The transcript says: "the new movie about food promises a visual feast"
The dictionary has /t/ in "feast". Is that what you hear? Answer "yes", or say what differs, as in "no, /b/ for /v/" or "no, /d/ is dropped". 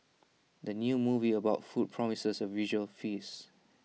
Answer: no, /t/ is dropped